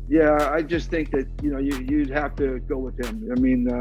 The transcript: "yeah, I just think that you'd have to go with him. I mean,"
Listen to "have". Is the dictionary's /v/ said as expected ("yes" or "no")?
no